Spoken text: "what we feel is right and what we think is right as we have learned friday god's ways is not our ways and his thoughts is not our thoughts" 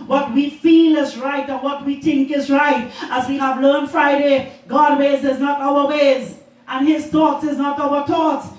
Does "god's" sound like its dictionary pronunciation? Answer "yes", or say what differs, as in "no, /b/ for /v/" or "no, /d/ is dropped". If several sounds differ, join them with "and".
no, /z/ is dropped